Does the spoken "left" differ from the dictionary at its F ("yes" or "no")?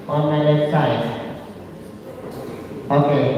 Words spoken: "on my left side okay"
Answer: yes